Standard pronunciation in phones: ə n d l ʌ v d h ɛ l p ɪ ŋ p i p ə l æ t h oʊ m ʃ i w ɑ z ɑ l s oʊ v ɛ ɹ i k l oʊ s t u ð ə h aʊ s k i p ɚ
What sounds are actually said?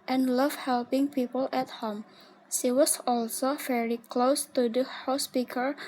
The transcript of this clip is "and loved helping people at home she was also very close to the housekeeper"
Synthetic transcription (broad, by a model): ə n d l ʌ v h ɛ l p ɪ ŋ p i p ə l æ t h oʊ m ʃ i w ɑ s ɑ l s oʊ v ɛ ɹ i k l oʊ s t u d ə h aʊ s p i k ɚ